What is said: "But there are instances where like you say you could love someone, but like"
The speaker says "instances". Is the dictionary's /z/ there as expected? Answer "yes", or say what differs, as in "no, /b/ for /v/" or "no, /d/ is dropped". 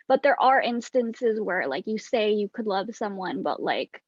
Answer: yes